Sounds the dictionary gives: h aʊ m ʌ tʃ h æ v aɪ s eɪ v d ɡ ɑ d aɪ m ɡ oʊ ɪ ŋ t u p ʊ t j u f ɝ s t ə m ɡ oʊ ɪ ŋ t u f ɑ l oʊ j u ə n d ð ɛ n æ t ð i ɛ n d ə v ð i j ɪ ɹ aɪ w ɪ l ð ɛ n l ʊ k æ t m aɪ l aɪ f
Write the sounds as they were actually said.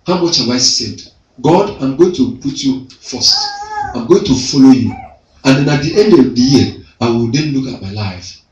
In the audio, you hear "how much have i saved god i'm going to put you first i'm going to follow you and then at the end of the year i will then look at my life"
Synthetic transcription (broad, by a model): h aʊ m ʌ tʃ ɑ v aɪ s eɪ d ɡ ɑ d aɪ m ɡ oʊ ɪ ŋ t u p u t j u f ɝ s t ə m ɡ oʊ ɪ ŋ t u f ɑ l oʊ j u ə n d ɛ n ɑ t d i ɛ n d ə v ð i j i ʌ aɪ w ɪ l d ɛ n l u k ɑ t m aɪ l aɪ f